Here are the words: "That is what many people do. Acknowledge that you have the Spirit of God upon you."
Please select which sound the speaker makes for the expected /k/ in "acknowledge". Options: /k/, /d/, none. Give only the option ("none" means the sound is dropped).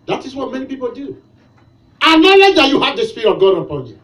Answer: none